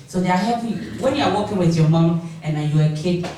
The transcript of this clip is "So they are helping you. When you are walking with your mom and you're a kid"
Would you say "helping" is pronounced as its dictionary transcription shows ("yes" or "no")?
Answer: no